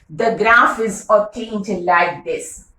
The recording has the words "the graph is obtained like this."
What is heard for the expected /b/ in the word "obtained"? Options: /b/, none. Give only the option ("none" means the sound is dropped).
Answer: none